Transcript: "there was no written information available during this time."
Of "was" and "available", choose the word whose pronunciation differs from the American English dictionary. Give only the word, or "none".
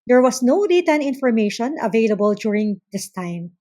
was